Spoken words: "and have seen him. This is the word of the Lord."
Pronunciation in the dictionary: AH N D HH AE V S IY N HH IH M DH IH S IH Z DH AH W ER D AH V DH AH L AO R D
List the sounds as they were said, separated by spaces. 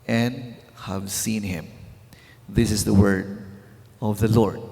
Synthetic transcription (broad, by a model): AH N D HH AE V S IY N HH IH M DH IH S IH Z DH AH W ER D AH V DH AH L AO R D